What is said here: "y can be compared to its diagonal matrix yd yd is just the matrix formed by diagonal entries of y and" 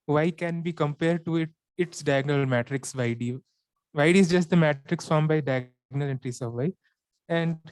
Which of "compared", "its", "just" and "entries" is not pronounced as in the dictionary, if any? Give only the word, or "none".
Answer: entries